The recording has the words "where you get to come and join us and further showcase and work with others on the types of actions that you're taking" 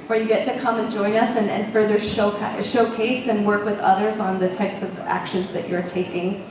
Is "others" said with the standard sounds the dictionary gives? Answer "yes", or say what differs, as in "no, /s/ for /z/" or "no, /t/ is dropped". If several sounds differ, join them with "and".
yes